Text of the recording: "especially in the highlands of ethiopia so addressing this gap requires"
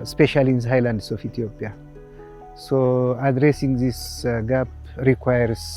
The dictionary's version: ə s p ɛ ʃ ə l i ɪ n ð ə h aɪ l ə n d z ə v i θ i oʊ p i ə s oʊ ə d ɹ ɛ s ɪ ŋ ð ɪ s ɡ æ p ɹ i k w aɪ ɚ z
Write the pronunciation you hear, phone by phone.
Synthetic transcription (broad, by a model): s p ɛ ʃ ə l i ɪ n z h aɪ l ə n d s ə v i t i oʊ p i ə s oʊ ə d ɹ ɛ s ɪ ŋ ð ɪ s ɡ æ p ɹ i k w aɪ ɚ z